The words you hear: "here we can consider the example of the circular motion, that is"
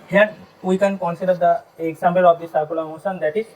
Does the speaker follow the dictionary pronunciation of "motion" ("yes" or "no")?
no